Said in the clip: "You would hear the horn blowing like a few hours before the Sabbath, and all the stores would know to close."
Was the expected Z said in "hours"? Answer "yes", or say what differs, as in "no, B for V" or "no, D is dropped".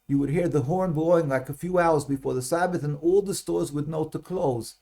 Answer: yes